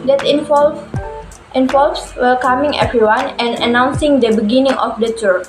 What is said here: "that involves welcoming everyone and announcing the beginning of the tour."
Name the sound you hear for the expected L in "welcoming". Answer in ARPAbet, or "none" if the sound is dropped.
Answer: none